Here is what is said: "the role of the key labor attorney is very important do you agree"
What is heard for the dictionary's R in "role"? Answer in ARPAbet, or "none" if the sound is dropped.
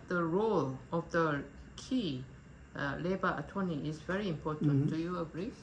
R